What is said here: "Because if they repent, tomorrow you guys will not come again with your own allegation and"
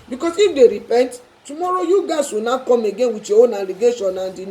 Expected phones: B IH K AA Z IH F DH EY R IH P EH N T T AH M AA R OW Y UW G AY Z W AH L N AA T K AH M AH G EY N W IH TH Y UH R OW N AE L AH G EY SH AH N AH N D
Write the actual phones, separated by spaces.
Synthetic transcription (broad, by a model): B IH K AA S IH F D EY R IH P EH N T T AH M AA R OW Y UW G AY S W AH N AA K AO M AH G EY N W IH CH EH OW N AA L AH G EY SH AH N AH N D